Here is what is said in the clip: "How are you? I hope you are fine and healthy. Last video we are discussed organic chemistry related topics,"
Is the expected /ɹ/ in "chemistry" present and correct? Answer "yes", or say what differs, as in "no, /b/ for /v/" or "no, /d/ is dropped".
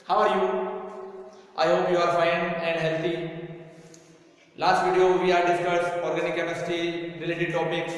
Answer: no, /ɹ/ is dropped